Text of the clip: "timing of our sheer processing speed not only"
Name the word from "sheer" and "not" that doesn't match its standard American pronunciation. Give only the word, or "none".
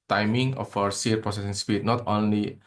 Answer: sheer